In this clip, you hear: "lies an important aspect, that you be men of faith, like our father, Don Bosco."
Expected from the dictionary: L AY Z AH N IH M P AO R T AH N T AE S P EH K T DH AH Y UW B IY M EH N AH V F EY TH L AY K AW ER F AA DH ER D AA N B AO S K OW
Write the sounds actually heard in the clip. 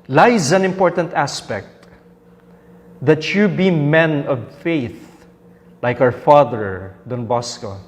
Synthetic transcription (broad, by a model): L AY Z AH N IH M P AO R T AH N T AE S P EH K T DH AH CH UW B IY M EH N AH V F EY TH L AY K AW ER F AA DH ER D AA N B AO S K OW